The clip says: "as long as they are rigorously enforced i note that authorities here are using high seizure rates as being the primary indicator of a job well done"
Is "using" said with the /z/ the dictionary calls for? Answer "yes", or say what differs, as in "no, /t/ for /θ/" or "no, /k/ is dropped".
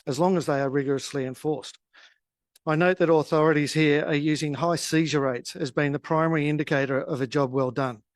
yes